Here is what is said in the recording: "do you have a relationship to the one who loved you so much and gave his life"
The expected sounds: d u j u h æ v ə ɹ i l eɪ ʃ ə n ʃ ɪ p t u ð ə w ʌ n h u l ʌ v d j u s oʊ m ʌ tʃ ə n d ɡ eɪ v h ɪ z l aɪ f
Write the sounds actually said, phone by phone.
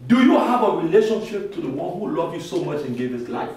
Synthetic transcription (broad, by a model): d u j u h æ v ə ɹ i l eɪ ʃ ə n ʃ ɪ p t u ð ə w ʌ n h u l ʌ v j u s oʊ m ʌ tʃ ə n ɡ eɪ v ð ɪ s l aɪ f